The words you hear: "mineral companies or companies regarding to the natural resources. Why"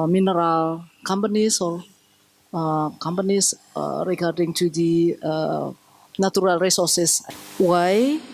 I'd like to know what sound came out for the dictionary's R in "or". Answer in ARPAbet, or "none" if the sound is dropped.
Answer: L